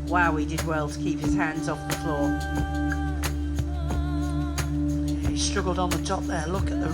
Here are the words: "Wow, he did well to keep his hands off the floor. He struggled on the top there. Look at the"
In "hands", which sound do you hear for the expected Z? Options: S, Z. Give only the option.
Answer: Z